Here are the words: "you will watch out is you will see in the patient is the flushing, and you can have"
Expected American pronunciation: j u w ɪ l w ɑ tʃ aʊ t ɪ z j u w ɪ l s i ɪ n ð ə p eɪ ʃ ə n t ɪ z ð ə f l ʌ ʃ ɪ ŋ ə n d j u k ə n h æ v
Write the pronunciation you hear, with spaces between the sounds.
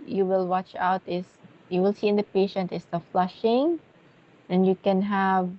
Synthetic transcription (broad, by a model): j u w ɪ l w ɑ tʃ aʊ t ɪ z j u w ɪ l s i ɪ n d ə p eɪ ʃ ə n t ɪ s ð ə f l ʌ ʃ ɪ ŋ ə n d j u k ə n h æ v